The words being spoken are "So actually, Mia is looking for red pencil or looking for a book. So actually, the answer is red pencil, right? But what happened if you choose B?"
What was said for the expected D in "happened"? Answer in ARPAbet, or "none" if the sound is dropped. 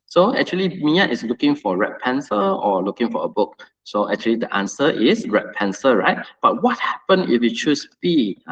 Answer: none